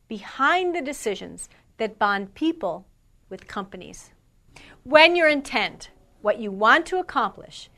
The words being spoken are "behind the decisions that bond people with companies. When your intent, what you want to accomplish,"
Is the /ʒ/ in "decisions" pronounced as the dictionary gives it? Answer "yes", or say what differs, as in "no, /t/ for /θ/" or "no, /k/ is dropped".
yes